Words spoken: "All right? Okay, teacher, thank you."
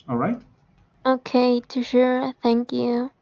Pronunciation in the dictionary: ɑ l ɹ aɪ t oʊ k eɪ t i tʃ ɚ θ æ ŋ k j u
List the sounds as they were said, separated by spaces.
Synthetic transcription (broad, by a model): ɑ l ɹ aɪ t oʊ k eɪ t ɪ ʃ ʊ θ æ ŋ k j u